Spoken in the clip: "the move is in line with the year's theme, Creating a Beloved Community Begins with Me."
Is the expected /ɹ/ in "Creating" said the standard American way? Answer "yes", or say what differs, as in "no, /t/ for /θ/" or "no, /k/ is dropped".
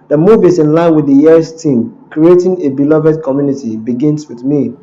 yes